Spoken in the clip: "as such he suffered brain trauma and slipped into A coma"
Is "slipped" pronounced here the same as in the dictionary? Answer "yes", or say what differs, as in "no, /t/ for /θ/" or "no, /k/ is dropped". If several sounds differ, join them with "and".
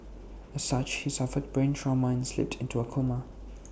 yes